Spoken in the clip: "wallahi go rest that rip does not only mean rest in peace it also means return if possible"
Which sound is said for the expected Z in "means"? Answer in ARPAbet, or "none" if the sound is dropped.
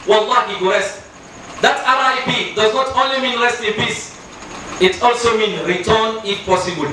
none